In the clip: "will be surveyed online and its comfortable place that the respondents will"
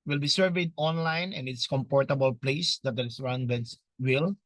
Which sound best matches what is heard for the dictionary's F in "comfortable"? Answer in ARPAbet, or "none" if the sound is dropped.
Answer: P